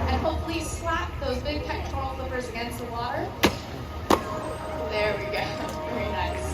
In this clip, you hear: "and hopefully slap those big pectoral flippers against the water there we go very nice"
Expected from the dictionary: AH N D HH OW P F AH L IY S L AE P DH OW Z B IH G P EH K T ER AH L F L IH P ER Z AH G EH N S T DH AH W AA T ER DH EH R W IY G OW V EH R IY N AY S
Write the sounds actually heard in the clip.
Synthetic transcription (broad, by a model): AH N HH OW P F L IY S L AE P DH OW Z B IH G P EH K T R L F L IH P ER Z AH G EH N S T DH AH W AA T ER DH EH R W IY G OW V EH R IY N AY S